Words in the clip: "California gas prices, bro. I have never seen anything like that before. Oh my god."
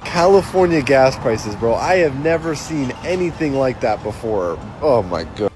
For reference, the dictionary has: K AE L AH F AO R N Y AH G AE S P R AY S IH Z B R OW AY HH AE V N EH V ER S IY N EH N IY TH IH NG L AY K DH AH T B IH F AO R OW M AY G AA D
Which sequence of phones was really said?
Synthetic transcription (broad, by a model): K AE L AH F AO R N Y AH G AE S P R AY S IH Z B R OW AY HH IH V N EH V ER S IY N EH N IY TH IH NG L AY K DH AH T B IH F AO R OW M AY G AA